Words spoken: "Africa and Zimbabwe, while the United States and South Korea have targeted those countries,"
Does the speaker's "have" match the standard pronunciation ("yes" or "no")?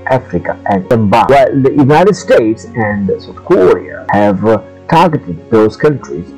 yes